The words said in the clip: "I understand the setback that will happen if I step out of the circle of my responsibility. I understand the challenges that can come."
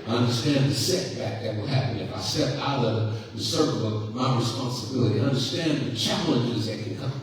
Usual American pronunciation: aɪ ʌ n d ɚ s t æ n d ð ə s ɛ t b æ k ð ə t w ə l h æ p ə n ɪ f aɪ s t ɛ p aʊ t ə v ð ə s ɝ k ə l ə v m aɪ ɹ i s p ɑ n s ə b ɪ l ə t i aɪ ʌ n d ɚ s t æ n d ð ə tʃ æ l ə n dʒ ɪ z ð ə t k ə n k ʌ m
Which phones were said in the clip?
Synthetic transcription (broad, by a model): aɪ ʌ n d ɚ s t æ n ð ə s ɛ t b æ k ð ə t w ə l h æ p ə n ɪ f aɪ s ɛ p aʊ t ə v ð ə s ɝ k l ə v m aɪ ɹ i s p ɑ n s ə b ɪ l ə t i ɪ ʌ n d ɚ s t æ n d ð ə tʃ æ l ə n dʒ ɪ z ð ə t k ə n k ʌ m